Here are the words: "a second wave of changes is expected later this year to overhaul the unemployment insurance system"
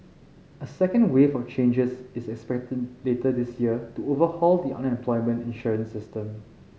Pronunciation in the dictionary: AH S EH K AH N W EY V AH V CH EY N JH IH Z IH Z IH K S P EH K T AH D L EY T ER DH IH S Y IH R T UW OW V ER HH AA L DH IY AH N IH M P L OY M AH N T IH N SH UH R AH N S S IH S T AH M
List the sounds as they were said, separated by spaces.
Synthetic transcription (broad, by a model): AH S EH K AH N W EY F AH CH EY N JH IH S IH S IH K S P EH K T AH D L EY T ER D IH S Y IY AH T UW OW V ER HH AA L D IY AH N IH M P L OY M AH N T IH N SH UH R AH N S S IH S T AH M